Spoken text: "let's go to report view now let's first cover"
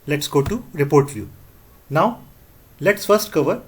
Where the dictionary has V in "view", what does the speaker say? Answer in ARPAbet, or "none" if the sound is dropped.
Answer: F